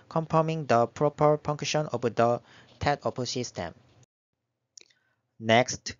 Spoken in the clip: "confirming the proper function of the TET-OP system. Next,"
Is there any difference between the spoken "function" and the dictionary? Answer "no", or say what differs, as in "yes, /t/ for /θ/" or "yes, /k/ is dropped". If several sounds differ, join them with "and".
yes, /p/ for /f/